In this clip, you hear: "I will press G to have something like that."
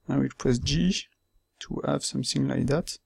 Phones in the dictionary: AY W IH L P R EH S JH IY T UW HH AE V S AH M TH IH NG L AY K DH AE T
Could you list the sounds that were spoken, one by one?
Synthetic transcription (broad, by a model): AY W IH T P EH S JH IY T UW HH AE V S AH M TH IH NG L AY K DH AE T